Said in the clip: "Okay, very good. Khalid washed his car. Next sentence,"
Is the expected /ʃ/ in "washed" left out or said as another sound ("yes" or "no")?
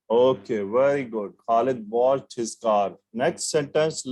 yes